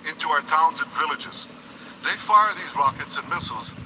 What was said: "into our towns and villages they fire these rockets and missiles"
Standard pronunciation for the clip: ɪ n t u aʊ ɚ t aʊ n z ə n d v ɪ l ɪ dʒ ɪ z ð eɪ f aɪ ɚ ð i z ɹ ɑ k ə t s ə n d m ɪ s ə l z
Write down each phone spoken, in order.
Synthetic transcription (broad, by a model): ɪ n t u aʊ ɚ t aʊ n z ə n v ɪ l ɪ dʒ ɪ z ð eɪ f aɪ ɚ ð i z ɹ ɑ k ə t s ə n m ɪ s l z